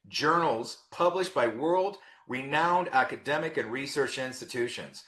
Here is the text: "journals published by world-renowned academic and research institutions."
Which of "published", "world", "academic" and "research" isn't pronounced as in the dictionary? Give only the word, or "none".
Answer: none